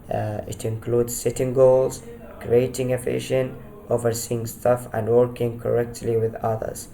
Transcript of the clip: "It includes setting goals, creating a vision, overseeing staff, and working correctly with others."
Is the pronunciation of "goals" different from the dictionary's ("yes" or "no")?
no